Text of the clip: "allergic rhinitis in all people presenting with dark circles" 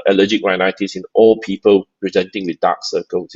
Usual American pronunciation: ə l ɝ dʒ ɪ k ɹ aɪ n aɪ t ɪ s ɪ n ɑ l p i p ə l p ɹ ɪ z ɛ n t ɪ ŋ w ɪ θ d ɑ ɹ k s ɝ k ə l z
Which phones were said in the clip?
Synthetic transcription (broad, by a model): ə l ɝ dʒ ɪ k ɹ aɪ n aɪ t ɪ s ɪ n ɑ l p i p ə l p ɹ ɪ z ɛ n t ɪ ŋ w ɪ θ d ɑ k s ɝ k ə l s